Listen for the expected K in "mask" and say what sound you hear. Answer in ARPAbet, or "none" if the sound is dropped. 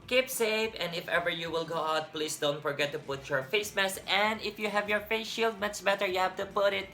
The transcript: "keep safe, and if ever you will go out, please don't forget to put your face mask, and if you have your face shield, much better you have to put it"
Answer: none